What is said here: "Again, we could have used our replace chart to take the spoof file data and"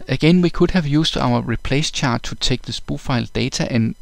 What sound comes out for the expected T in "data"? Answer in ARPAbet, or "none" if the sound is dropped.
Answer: S